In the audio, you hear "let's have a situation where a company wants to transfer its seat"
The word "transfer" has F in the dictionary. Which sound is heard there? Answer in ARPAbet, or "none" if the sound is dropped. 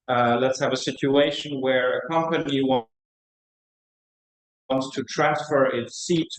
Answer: F